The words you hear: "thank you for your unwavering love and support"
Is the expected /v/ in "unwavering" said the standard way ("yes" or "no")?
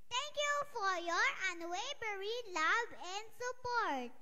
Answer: no